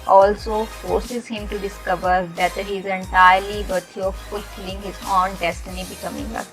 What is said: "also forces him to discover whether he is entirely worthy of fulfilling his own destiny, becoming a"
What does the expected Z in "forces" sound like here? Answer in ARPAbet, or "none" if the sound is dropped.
Z